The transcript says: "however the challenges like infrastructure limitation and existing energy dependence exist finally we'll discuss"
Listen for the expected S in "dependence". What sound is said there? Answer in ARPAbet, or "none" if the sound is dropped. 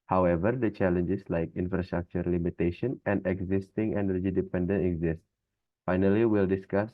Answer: none